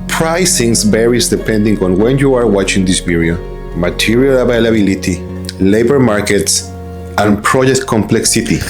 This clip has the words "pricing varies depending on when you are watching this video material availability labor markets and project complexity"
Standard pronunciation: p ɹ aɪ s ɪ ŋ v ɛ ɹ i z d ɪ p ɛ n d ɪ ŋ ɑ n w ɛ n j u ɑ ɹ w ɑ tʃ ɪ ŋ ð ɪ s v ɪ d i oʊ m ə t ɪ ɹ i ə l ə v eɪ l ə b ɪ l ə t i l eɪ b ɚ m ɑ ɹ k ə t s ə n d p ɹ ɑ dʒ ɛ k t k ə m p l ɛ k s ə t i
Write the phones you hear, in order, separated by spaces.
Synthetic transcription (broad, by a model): p ɹ aɪ s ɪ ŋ b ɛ ɹ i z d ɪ p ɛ n d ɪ ŋ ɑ n w ɛ n j u ɑ ɹ w ɑ tʃ ɪ ŋ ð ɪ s p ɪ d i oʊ m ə t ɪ ɹ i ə l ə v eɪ l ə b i l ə t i l eɪ b ɚ m ɑ ɹ k ə t s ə n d p ɹ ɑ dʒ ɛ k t k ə m p l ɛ k s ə t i